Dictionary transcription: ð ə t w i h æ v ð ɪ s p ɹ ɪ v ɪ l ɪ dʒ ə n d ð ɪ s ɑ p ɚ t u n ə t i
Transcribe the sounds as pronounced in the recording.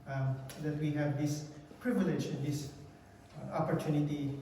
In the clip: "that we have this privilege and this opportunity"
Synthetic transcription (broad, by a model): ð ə t w i h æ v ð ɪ s p ɹ ɪ v ɪ l ɪ dʒ ə n d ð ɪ s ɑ p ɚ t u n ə t i